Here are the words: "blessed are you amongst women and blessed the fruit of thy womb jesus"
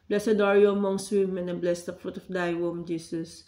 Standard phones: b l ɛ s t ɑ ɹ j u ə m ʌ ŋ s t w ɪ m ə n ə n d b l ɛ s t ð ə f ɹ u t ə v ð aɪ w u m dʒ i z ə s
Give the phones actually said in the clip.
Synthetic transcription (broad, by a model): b l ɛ s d ɑ ɹ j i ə m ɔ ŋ s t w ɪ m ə n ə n b l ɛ s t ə f ɹ u t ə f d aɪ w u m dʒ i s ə s